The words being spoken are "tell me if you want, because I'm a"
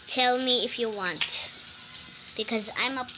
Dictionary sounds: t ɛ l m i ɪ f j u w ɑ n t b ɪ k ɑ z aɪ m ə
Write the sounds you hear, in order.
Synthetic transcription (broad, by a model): t ɛ l m i ɪ f j u w ɑ n t b ɪ k ɑ z aɪ m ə